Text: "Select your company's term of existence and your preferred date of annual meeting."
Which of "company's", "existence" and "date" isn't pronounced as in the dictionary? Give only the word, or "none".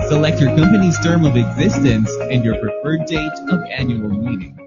none